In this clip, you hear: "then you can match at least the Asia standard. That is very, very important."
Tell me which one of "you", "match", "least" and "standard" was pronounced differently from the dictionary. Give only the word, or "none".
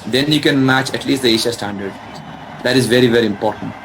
none